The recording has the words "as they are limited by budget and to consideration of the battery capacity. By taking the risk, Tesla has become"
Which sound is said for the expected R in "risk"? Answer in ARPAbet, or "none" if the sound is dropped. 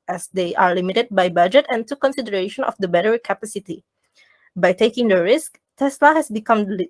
R